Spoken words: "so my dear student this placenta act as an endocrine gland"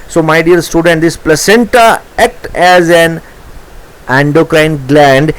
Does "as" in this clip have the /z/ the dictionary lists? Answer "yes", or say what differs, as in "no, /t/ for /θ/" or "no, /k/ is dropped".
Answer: yes